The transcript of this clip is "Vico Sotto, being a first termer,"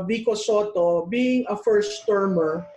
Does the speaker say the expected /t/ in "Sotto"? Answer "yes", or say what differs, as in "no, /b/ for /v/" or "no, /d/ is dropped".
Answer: yes